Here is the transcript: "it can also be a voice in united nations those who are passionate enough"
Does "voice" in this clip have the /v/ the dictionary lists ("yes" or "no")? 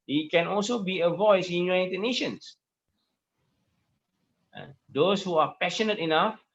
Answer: yes